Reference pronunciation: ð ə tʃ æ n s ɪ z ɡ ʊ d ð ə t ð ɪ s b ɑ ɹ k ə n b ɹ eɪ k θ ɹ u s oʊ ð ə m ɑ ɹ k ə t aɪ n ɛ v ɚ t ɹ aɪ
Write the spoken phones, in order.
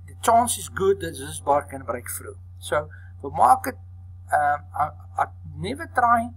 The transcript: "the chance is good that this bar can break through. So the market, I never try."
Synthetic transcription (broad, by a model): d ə tʃ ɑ n s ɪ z ɡ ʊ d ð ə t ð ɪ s b ɑ ɹ k ə n b ɹ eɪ k f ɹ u s oʊ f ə m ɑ k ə t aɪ n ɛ v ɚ t ɹ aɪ